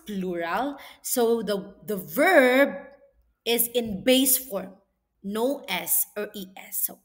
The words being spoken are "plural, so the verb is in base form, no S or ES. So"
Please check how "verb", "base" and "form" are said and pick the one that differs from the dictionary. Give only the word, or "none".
none